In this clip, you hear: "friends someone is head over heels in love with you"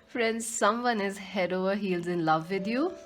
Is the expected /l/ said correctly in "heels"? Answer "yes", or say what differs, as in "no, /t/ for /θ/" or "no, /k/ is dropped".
yes